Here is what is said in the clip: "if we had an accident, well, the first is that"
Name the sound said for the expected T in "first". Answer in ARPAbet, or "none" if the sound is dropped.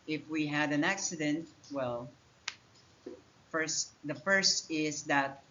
T